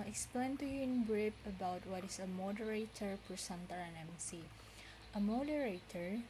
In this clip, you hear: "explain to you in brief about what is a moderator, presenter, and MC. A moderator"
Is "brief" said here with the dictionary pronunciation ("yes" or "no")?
no